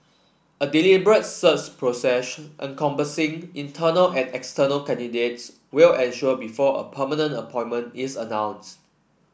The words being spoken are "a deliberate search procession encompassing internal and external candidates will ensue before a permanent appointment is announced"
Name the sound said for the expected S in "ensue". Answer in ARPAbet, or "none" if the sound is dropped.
SH